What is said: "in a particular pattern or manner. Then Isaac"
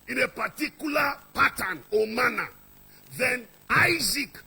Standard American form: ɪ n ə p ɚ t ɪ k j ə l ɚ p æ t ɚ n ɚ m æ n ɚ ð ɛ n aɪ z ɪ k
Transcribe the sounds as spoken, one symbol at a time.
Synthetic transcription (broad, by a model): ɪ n ə p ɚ t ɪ k j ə l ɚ p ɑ t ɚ n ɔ m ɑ n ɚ ð ɛ n aɪ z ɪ k